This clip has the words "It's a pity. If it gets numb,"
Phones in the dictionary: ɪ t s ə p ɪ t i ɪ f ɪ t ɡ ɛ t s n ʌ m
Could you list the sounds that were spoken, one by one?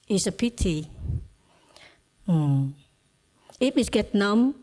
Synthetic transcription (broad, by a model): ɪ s ə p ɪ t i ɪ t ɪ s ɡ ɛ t n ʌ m